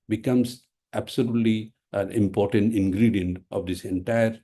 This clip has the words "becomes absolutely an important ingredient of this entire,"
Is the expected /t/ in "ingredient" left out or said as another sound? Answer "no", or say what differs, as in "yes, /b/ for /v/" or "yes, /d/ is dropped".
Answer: no